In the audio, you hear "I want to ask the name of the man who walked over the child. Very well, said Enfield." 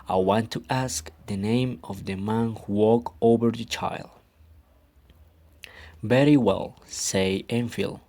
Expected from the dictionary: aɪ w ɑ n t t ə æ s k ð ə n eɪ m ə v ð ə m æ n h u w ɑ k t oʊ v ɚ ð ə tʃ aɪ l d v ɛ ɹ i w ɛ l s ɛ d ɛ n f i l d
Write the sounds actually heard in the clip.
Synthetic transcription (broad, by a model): aɪ w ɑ n t t æ s k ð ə n eɪ m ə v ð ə m æ n h u w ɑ k oʊ v ɚ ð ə tʃ aɪ l d v ɛ ɹ i w ɛ l s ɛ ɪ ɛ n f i l